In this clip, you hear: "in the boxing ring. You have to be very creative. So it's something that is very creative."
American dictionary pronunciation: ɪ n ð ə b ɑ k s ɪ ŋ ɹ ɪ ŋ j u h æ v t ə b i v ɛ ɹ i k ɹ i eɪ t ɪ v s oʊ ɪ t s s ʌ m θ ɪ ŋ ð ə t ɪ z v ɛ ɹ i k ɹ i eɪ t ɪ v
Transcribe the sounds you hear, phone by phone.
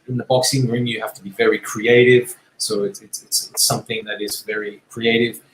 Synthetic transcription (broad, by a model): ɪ n ð ə b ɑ k s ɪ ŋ ɹ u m j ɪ h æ f t ə b i v ɛ ɹ i k ɹ i eɪ t ɪ v s oʊ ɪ t s s ʌ m θ ɪ ŋ ð ə t ɪ z v ɛ ɹ i k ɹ i eɪ t ɪ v